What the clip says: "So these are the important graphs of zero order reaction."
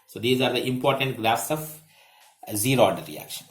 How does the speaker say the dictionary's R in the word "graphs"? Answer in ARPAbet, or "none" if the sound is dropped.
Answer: L